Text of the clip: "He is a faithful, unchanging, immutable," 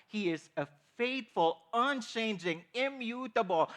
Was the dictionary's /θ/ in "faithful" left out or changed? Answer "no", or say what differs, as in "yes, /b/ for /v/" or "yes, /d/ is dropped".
yes, /t/ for /θ/